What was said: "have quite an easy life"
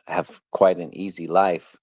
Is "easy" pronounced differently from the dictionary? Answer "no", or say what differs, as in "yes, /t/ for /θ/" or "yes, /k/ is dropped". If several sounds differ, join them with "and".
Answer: no